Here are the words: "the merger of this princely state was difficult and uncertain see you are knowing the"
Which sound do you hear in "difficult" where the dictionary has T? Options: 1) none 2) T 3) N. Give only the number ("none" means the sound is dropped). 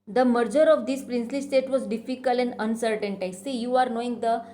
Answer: 1